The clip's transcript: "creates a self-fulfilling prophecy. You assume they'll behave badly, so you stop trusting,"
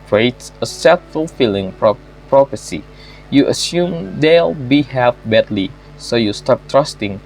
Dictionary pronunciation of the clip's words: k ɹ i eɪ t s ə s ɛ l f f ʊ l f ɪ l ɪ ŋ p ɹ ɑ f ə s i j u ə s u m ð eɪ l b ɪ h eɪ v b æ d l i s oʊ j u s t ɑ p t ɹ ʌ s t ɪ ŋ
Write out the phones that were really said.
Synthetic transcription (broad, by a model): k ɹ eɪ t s ə s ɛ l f f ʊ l f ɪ l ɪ ŋ p ɹ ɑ p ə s i j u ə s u m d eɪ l b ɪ h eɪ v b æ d l i s oʊ j u s t ɑ p t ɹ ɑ s t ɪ ŋ